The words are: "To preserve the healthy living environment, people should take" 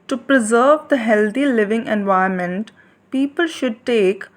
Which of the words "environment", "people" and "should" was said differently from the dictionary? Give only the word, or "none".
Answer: environment